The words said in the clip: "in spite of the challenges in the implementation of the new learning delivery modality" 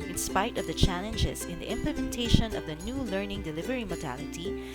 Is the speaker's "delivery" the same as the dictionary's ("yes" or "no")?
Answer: yes